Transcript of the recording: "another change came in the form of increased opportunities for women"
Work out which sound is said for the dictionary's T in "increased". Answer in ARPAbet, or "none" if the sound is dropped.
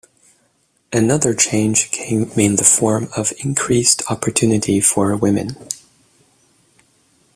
T